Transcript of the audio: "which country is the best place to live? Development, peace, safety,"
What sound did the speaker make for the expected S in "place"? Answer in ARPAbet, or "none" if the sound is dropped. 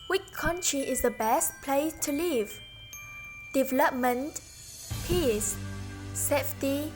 none